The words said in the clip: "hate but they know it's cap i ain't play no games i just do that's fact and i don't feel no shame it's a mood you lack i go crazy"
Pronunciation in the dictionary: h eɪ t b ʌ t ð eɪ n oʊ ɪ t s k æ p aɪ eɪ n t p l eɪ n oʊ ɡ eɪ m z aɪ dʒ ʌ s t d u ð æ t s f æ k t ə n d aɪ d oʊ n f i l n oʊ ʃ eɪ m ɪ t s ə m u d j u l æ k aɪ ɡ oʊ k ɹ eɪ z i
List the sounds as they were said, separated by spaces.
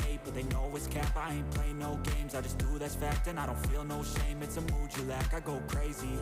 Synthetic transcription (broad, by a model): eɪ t b ʌ t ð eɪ l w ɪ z k æ p aɪ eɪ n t p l eɪ n oʊ ɡ eɪ m z aɪ dʒ ʌ s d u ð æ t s f æ k t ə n aɪ d oʊ n f i l n oʊ ʃ eɪ m ɪ t s ə m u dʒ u l æ k aɪ ɡ oʊ k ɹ eɪ z i